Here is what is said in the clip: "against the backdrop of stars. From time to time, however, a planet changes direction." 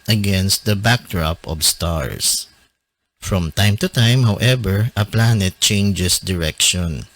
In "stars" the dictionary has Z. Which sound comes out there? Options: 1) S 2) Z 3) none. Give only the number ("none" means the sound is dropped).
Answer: 1